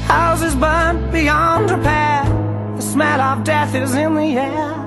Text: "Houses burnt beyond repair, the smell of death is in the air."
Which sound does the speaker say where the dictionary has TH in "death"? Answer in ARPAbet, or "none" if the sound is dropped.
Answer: TH